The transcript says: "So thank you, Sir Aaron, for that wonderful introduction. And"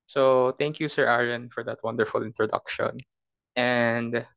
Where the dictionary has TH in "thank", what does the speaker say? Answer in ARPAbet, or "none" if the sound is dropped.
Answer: T